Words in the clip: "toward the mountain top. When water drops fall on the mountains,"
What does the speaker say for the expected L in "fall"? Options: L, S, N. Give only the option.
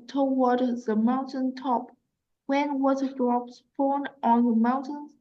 N